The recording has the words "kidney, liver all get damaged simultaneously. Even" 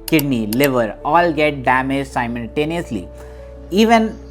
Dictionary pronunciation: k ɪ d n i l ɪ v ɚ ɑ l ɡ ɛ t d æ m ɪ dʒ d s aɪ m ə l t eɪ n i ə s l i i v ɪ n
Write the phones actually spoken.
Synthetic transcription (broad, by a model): k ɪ d n i l ɪ v ɚ ɑ l ɡ ɛ t d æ m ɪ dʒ s aɪ m ə l t eɪ n i ə s l i i v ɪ n